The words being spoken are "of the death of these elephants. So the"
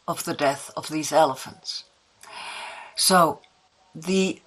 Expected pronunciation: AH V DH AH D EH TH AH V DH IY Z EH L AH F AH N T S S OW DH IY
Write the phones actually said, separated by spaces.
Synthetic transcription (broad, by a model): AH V DH AH D EH TH AH V DH IY Z EH L AH F AH N T S S OW DH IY